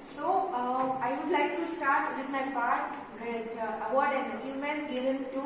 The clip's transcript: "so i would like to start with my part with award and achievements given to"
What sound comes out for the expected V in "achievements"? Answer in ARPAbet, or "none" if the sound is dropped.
none